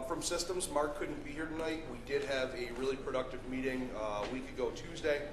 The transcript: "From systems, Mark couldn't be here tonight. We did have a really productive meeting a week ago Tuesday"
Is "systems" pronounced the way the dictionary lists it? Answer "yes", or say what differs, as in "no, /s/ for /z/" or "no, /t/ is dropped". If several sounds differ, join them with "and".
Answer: yes